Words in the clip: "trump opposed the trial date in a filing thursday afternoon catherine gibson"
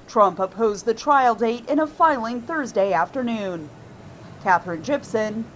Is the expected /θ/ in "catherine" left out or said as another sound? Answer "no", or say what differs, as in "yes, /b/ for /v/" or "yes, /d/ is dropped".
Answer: no